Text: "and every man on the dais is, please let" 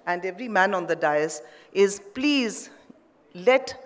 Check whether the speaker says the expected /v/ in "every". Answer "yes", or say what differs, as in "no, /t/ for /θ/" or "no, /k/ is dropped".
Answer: yes